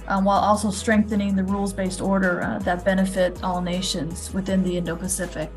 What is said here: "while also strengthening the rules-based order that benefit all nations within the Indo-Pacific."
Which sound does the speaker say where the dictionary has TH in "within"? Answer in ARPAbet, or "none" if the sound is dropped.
TH